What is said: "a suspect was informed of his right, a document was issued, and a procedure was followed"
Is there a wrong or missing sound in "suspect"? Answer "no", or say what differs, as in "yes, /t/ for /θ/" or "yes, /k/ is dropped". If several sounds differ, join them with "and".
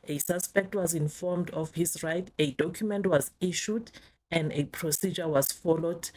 no